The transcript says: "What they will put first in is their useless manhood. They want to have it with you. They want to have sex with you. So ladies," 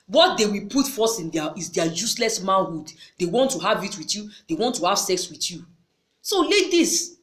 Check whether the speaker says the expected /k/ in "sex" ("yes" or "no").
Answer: yes